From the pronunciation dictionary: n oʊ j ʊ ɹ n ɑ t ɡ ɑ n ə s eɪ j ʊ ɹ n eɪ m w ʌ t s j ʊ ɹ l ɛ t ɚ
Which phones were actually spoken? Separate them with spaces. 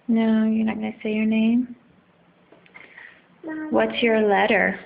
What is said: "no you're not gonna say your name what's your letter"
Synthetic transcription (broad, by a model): n oʊ j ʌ ɹ n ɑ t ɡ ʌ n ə s eɪ j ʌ ɹ n eɪ m w ʌ t s j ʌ ɹ l ɛ t ɚ